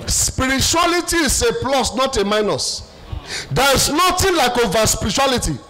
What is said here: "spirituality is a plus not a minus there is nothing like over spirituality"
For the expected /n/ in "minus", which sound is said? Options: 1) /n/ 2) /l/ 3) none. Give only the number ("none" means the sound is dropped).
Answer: 1